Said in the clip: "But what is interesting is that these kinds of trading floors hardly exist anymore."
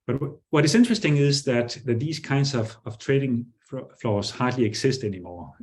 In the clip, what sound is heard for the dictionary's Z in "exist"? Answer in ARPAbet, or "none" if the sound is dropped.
S